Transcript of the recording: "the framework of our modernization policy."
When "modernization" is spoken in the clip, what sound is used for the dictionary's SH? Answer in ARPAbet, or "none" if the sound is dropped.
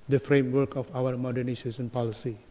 S